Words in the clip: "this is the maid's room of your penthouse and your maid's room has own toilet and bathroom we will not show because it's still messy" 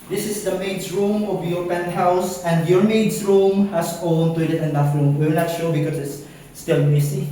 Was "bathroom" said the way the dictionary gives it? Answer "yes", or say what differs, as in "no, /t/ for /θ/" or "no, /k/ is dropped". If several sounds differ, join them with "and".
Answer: no, /f/ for /θ/